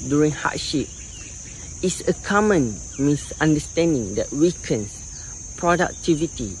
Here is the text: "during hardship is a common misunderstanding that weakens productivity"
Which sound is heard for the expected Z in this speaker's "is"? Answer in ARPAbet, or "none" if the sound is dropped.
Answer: S